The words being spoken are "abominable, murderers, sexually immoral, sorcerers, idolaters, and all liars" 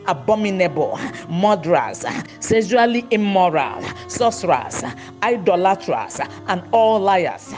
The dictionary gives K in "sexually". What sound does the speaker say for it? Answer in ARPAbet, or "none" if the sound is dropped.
none